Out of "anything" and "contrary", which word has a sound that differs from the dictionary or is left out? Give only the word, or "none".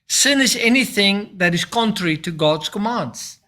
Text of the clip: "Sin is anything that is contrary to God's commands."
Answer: none